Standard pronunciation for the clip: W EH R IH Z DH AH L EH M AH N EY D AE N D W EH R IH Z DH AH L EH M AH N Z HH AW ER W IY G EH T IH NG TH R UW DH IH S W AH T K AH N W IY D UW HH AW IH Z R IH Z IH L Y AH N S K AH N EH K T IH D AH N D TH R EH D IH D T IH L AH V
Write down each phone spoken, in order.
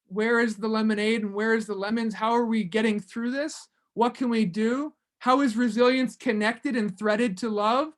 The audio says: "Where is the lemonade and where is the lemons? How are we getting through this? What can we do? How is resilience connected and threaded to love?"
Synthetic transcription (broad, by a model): W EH R IH Z DH AH L EH M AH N EY D N W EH R IH Z DH AH L EH M AH N Z HH AW ER W IY G EH T IH NG TH R UW DH IH S W AH T K AH N W IY D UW HH AW IH Z R IH Z IH L Y AH N S K AH N EH K T IH D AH N TH R EH D IH D T IH L AH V